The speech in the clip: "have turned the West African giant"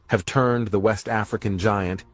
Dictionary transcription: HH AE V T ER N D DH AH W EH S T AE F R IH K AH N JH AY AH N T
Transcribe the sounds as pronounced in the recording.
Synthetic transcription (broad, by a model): HH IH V T ER N DH AH W EH S T AE F R IH K AH N JH AY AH N T